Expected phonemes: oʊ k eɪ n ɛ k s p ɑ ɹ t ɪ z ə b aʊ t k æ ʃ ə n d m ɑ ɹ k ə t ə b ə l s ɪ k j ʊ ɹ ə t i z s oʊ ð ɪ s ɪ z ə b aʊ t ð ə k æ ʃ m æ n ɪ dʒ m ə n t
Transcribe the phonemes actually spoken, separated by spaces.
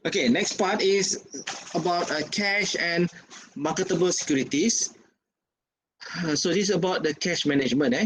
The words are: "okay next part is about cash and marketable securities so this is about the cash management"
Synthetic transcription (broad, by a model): oʊ k eɪ n ɛ k s p ɑ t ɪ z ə b aʊ t k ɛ ʃ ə n m ɑ k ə t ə b ə l s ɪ k j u ɹ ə t i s s oʊ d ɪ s ə b aʊ t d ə k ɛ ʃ m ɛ n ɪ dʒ m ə n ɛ